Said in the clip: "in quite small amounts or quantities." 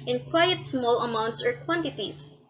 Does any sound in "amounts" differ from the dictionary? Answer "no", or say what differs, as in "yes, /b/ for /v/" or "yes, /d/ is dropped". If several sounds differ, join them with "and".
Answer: no